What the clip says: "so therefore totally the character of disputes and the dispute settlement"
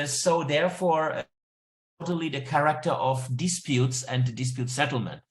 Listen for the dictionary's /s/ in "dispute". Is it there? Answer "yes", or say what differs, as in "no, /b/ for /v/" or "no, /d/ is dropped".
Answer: yes